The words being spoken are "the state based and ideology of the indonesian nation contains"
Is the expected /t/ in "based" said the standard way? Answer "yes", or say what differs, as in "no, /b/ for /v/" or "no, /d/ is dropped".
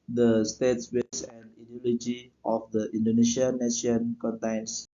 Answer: no, /t/ is dropped